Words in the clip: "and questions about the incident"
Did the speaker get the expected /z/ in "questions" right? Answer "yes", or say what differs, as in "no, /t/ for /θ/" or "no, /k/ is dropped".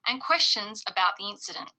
yes